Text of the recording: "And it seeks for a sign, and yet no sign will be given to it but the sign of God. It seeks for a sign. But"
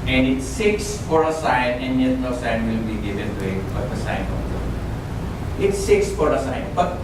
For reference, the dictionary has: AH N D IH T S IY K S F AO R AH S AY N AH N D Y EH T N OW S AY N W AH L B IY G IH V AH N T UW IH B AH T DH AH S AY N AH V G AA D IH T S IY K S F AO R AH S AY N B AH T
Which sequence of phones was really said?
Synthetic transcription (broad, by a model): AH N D IH T S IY K S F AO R AH S AY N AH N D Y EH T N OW S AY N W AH L B IY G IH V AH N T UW IH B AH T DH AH S AY N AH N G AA IH T S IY K S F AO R AH S AY N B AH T